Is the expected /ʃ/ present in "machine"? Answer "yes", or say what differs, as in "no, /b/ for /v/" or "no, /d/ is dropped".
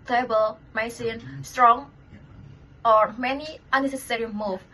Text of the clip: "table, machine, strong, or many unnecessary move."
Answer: no, /s/ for /ʃ/